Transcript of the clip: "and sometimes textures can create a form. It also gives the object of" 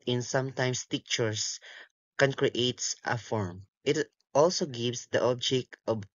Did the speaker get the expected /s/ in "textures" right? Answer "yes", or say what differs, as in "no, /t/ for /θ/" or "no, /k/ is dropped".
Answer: no, /s/ is dropped